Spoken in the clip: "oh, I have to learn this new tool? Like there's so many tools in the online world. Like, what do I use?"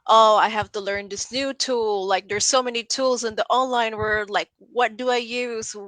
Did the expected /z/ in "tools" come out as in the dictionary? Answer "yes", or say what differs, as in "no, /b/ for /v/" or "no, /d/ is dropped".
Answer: yes